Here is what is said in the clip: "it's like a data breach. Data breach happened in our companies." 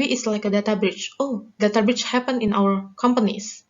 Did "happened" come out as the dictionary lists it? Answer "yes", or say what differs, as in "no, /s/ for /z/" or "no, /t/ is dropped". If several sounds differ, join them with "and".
no, /d/ is dropped